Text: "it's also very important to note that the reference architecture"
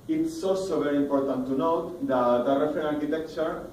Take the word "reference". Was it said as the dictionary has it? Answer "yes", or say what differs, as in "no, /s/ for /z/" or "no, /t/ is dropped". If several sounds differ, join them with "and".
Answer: no, /s/ is dropped